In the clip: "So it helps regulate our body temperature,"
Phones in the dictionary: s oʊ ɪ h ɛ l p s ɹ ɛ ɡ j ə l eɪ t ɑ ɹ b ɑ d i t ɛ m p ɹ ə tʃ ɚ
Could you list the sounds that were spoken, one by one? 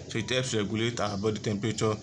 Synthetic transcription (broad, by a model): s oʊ ɪ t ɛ p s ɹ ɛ ɡ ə l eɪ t ɑ b ɑ d i t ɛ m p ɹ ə tʃ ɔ